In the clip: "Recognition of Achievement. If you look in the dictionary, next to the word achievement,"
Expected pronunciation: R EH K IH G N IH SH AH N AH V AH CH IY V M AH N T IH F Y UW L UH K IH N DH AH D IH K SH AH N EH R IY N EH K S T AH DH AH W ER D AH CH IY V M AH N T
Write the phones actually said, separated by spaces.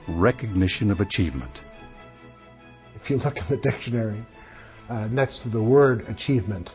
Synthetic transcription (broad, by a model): R EH K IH G N IH SH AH N AH V AH CH IY V M AH N T IH F Y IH L UH K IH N DH AH D IH K SH AH N EH R IY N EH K S T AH DH AH W ER D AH CH IY V M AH N T